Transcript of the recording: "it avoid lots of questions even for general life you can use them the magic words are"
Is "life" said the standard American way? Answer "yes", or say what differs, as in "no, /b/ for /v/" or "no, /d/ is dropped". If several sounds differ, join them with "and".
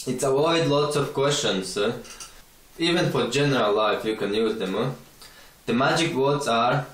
yes